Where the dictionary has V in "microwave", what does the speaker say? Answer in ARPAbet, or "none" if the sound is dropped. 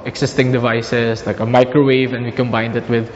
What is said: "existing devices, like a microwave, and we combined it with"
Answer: V